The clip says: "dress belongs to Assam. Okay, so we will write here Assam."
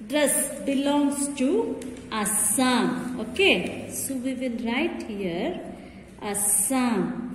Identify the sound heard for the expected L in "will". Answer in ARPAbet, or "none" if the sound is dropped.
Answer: N